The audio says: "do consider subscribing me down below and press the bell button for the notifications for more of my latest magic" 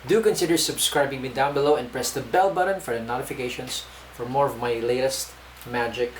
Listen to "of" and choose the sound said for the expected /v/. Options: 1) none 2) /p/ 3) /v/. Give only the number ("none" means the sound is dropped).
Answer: 3